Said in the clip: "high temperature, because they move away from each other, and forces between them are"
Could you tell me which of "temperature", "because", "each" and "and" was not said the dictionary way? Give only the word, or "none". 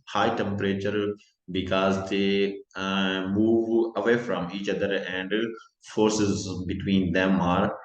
none